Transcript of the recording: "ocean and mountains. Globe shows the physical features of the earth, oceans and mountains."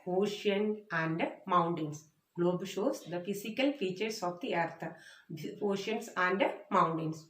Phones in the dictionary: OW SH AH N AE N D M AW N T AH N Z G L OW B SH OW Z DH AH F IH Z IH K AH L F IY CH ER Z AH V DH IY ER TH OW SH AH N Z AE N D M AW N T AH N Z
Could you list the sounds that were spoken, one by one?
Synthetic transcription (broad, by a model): OW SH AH N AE N D M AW N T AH N S G L OW B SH OW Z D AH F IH S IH K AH L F IY CH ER S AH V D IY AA T OW SH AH N S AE N D M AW N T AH N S